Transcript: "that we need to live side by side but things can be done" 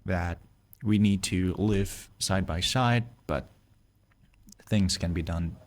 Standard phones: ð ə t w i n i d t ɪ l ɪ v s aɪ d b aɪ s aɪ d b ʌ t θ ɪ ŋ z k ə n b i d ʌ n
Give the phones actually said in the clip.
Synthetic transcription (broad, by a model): ð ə t w i n i d t ɪ l ɪ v s aɪ d b aɪ s aɪ d b ʌ t θ ɪ ŋ z k ə n b i d ʌ n